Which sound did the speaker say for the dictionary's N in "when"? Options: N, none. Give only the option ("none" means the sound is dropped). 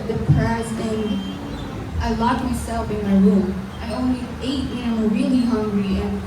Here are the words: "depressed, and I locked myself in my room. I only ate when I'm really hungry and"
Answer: none